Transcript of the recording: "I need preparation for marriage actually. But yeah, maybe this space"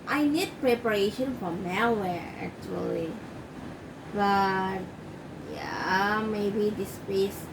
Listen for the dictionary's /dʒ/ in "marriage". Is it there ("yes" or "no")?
no